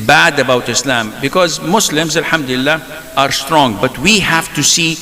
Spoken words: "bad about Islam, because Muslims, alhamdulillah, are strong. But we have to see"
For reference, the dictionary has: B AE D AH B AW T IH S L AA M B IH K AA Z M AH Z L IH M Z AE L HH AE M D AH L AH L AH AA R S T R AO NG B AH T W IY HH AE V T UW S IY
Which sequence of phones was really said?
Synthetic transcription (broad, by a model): B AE D AH B AW T IH S L AA M B IH K AA Z M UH S L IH M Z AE L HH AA M D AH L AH L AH AA R S T R AO NG B AH T W IY HH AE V T UW S IY